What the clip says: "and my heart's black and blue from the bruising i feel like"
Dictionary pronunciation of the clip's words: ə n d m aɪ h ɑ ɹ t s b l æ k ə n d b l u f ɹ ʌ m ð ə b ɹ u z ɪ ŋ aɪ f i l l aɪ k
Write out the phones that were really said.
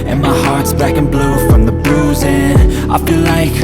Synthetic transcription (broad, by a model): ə n m aɪ h ɑ ɹ t s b æ k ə n b l u f ɹ ʌ m ð ə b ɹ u z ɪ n aɪ f i l l aɪ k